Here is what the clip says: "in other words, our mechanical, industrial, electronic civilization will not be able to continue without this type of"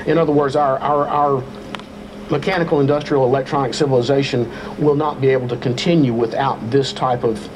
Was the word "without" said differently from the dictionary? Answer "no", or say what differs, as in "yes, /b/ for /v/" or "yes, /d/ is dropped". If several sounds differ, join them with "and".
no